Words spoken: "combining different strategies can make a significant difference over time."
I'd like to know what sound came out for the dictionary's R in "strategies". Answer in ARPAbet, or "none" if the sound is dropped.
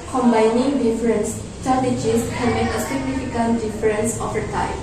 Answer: none